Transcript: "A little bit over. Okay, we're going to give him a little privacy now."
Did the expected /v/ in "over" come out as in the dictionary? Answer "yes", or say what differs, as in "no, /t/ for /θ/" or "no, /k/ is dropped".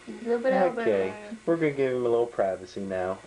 no, /v/ is dropped